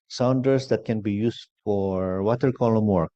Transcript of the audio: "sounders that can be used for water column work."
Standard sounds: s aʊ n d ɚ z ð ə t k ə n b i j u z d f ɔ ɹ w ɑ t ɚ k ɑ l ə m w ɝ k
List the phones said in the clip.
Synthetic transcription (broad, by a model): s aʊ n d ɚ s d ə t k ə n b i j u s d f ɔ ɹ w ɑ t ɚ k ɑ l ə m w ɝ k